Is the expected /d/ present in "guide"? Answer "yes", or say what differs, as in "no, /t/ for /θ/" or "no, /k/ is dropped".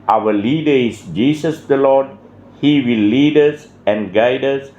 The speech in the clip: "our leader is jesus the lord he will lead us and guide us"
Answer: yes